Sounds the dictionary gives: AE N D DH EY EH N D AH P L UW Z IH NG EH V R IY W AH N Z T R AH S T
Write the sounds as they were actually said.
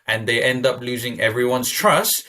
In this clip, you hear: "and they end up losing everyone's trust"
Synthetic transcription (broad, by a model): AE N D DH EY EH N D AH P L UW Z IH NG EH V R IY W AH N S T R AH S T